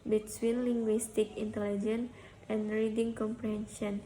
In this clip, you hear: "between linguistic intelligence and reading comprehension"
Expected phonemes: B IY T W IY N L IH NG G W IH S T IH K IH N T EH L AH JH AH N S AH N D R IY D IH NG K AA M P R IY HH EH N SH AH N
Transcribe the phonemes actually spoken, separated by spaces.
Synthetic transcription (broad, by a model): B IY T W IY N L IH NG G W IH S T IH K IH N T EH L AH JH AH N AH N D R IY D IH NG K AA M P R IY HH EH N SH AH N